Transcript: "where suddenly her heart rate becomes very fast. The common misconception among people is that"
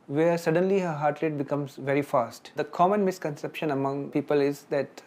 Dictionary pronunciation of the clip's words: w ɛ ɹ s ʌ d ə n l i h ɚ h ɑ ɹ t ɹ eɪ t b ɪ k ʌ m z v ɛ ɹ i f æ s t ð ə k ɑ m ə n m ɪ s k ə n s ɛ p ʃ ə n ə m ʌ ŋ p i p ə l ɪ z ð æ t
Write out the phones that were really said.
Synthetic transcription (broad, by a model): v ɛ ɹ s ʌ d ə n l i h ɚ h ɑ ɹ t l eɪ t b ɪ k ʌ m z v ɛ ɹ i f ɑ s t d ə k ɑ m ə n m ɪ s k ə n s ɛ p ʃ ə n ə m ʌ ŋ p i p ə l ɪ z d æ t